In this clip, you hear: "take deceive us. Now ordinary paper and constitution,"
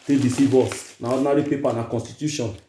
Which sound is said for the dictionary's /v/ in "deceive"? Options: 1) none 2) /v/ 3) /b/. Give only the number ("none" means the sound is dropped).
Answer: 3